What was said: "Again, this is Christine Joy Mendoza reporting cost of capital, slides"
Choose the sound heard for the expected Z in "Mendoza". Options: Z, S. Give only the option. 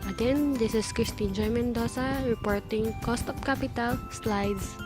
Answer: S